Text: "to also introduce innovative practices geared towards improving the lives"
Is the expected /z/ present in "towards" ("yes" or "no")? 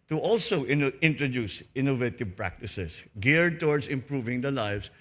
no